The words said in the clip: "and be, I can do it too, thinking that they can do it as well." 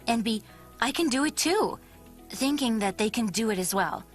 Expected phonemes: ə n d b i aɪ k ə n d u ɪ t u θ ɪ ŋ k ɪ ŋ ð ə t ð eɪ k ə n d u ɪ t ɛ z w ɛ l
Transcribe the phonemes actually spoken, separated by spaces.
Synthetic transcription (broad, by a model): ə n b i aɪ k ə n d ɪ ɪ t u θ ɪ ŋ k ɪ ŋ ð ə t ð eɪ k ə n d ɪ ɪ t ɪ z w ɛ l